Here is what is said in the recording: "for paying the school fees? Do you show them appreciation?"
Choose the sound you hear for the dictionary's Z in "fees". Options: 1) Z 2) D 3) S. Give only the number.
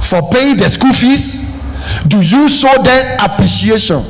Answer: 3